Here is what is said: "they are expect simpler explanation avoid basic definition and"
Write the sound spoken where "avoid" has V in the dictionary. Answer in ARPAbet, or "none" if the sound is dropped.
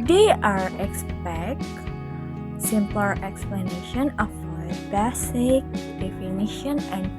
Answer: F